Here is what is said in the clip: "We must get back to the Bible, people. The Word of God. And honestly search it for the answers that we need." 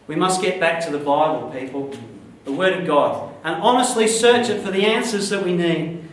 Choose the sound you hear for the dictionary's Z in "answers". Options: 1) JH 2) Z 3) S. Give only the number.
2